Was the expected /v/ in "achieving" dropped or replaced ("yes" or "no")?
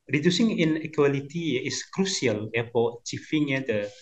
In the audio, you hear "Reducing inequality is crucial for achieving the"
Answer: yes